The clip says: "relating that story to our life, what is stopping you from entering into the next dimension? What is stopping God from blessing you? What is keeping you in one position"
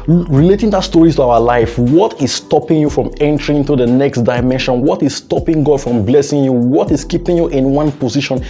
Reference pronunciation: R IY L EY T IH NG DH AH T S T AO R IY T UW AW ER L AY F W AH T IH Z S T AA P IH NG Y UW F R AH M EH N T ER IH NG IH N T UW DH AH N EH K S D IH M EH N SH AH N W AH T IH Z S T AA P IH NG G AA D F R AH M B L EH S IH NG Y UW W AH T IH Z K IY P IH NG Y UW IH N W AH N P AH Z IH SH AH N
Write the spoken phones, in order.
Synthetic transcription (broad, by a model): R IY L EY T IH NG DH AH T S T AO R IY T UW AW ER L AY F W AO T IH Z S T AA P IH NG Y UW F R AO M EH N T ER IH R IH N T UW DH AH N EH K S D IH M EH N SH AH N W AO T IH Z S T AA P IH NG G AA D F R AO M B L EH S IH NG Y UW W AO T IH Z K IY P IH NG Y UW IH N W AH N P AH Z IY SH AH N